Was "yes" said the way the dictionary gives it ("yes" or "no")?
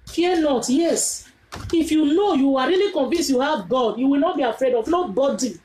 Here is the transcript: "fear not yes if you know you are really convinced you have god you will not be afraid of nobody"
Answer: yes